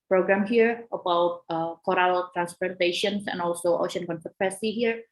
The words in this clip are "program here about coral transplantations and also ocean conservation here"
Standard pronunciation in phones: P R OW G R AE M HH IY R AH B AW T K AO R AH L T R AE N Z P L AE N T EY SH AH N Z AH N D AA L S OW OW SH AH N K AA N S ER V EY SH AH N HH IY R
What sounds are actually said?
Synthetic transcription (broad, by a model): P R OW G R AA M HH IY R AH B AW T K AO R AH L T R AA N S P AE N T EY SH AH N S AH N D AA L S OW OW SH AH N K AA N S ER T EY S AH HH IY R